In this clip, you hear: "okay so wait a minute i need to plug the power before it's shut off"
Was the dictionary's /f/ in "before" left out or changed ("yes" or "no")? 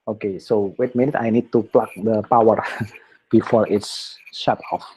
no